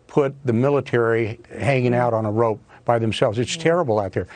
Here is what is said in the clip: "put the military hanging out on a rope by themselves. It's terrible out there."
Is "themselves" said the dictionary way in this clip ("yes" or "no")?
yes